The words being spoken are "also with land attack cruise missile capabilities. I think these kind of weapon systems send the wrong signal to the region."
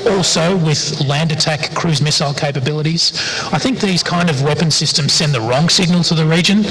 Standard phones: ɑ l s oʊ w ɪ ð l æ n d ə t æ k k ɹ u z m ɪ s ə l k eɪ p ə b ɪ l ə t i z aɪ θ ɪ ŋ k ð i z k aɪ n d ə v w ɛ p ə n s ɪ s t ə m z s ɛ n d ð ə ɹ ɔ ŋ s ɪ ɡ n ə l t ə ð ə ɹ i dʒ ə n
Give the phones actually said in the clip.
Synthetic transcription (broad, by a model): ɑ l s oʊ w ɪ ð l æ n d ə t æ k k ɹ u z m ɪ s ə l k eɪ p ə b ɪ l ə t i z aɪ θ ɪ ŋ k ð i z k aɪ n d ə v w ɛ p ə n s ɪ s t ə m z s ɛ n ð ə ɹ ɔ ŋ s ɪ ɡ n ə l t ə ð ə ɹ i dʒ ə n